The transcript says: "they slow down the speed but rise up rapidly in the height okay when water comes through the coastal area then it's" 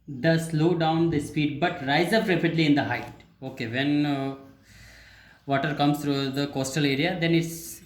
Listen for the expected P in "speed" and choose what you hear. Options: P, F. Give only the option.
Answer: F